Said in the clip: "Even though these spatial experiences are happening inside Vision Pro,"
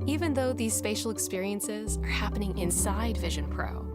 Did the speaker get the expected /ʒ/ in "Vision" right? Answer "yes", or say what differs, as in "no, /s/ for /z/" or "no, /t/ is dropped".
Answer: yes